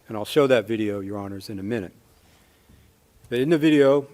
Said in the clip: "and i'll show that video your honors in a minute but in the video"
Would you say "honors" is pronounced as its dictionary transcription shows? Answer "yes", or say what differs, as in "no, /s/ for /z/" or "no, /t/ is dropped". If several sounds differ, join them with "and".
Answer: yes